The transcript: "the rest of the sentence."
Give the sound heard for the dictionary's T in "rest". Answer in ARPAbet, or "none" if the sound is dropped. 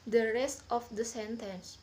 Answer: T